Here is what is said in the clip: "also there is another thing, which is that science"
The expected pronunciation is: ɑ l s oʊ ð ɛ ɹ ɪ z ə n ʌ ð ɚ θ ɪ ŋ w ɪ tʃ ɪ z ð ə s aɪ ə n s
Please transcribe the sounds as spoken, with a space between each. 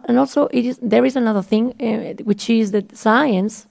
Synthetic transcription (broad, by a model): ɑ l s oʊ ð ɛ ɹ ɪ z ə n ʌ ð ɚ θ ɪ ŋ w ɪ tʃ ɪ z ð ə s aɪ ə n s